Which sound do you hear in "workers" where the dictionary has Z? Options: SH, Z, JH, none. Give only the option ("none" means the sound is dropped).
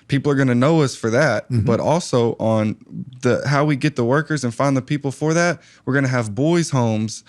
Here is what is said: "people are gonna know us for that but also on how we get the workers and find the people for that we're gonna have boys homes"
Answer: Z